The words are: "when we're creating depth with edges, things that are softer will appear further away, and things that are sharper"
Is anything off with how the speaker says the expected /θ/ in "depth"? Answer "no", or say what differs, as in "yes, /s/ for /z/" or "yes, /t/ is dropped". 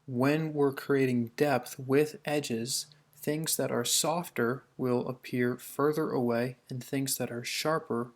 no